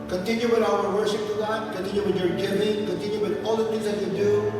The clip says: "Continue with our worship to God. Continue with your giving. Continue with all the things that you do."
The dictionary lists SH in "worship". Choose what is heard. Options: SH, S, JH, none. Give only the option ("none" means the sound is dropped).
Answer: S